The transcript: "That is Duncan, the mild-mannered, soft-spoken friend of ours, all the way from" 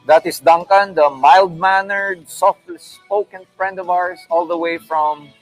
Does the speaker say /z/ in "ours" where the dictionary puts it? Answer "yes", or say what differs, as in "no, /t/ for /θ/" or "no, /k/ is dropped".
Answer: no, /s/ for /z/